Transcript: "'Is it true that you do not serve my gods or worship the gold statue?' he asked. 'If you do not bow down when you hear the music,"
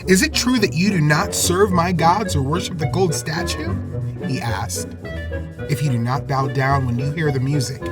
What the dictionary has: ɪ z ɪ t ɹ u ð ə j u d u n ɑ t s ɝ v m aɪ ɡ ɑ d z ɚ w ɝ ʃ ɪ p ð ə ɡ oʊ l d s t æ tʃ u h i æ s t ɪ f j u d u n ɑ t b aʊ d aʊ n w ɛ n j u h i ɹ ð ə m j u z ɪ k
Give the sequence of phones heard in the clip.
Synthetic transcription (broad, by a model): ɪ z ɪ t ɹ u ð ə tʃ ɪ d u n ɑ t s ɝ v m aɪ ɡ ɑ d z ɚ w ɝ ʃ ɪ p ð ə ɡ oʊ l d s t æ tʃ u h i æ s t ɪ f j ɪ d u n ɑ t b aʊ d aʊ n w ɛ n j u h i ɹ ð ə m j u z ɪ k